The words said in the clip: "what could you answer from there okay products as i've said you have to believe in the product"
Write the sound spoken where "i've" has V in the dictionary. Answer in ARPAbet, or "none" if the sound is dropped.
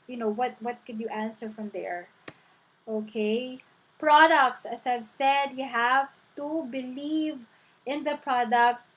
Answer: V